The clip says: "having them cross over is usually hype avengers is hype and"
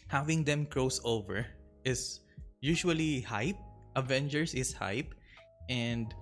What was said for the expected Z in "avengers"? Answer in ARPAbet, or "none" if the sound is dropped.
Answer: S